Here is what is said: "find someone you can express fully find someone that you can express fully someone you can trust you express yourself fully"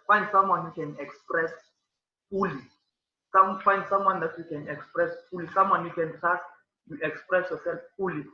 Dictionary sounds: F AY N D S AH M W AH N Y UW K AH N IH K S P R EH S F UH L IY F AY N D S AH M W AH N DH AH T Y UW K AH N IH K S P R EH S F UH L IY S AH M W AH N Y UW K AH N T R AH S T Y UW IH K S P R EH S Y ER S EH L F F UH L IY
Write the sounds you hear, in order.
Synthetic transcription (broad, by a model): F AY N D S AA M W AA N Y UW K AH N IH K S P R EH S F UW L IY F AY N D S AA M W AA N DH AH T Y UW K AH N IH K S P R EH S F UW L IY S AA M W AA N Y UW K AH N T AA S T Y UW IH K S P R EH S Y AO S EH L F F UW L IY